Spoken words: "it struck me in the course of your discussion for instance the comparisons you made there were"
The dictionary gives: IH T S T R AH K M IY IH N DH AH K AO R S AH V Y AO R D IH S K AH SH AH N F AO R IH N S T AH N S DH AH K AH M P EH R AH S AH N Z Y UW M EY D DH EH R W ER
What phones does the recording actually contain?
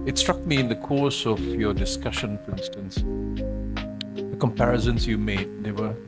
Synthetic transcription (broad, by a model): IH T S T R AH K M IY IH N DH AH K AO R S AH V Y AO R D IH S K AH SH AH N F AO R IH N S T AH N S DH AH K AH M P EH R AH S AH N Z Y UW M EY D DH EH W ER